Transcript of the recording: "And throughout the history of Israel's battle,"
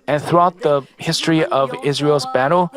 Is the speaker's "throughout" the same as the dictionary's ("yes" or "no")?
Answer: yes